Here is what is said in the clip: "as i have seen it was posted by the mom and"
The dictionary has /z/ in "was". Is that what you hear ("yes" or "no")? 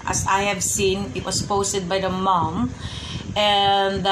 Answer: no